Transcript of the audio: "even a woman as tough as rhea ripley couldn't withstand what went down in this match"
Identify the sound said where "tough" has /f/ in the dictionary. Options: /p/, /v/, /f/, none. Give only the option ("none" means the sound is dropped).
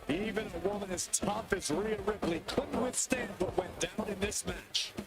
/p/